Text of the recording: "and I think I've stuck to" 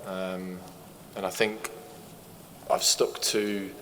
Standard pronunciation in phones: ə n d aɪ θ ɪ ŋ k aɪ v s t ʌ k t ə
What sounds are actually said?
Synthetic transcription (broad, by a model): ə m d aɪ θ ɪ ŋ k aɪ v s t ʌ k t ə